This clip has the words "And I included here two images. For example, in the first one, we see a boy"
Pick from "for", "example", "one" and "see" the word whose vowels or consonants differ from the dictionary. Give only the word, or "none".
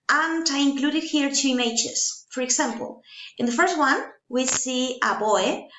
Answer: example